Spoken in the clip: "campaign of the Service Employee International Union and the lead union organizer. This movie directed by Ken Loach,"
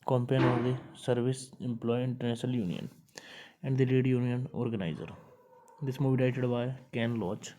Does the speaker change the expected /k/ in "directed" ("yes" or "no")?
yes